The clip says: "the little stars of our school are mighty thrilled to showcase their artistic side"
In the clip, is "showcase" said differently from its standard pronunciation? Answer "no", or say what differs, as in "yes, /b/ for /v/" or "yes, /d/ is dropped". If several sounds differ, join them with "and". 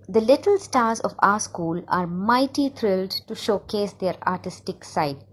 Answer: no